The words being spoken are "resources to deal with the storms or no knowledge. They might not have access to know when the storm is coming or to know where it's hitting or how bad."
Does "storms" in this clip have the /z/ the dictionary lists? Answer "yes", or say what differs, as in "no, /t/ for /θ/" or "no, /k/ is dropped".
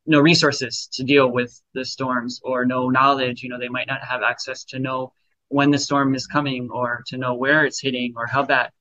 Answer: yes